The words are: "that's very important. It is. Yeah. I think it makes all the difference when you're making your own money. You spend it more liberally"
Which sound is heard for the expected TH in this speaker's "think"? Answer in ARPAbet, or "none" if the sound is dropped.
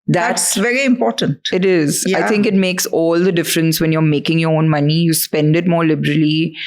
T